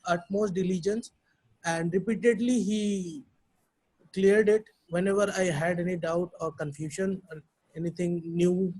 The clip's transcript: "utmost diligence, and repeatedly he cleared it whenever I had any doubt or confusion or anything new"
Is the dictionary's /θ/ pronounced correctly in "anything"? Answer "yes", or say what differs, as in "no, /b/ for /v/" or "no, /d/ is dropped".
no, /t/ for /θ/